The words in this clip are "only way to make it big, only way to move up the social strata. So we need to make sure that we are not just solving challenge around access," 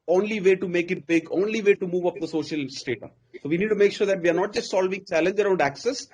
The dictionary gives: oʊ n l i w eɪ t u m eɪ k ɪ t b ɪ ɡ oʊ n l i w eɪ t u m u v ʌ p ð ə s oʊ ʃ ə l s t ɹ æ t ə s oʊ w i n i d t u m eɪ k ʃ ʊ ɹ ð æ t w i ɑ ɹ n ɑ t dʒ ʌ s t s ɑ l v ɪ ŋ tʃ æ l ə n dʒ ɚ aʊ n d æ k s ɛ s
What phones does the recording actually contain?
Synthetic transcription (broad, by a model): oʊ n l i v eɪ t u m eɪ k ɪ t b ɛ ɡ oʊ n l i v eɪ t u m u v ʌ p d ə s oʊ ʃ ə l s t ɛ t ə s oʊ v i n i d t u m eɪ k ʃ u ɹ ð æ t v i ɑ ɹ n ɑ t dʒ ʌ s t s ɑ l v ɪ ŋ tʃ æ l ə n dʒ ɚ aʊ n d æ k s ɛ s